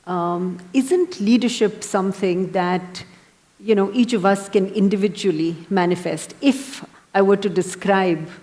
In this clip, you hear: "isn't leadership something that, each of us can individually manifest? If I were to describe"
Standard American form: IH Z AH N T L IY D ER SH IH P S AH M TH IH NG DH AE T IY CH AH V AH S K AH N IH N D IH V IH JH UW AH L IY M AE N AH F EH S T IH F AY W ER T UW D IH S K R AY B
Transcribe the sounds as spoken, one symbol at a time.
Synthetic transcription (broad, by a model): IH Z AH N T L IY D ER SH IH P S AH M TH IH NG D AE T IY CH AH V AH S K AH N IH N D IH V IH JH UW AH L IY M AE N AH F EH S T IH F AY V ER T UW D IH S K R AY B